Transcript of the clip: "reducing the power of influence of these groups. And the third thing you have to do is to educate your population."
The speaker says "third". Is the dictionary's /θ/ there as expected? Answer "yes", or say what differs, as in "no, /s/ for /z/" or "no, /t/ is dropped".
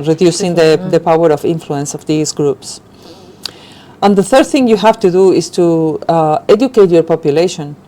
yes